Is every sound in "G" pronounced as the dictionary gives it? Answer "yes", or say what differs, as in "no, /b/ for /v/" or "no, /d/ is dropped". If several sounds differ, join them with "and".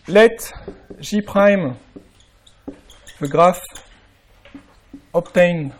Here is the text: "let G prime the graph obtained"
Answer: no, /ʒ/ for /dʒ/